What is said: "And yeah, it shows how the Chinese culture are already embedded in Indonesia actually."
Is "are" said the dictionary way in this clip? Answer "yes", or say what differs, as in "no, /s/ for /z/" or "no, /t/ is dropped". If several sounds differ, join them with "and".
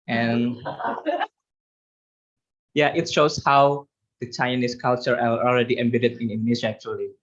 no, /l/ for /ɹ/